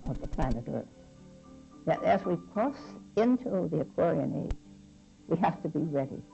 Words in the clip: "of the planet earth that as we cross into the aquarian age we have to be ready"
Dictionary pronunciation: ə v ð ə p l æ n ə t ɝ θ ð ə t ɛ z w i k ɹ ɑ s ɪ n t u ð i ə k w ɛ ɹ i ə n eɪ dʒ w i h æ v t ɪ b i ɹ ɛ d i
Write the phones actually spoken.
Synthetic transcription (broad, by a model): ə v ð ə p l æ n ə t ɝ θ ð ə t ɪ z w i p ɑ s ɪ n t u ð i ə k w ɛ ɹ i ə n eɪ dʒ w i h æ f t ɪ b i ɹ ɛ d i